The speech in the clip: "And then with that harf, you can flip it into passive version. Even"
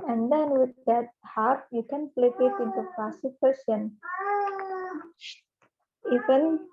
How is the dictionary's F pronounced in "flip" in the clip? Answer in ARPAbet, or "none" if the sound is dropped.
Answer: P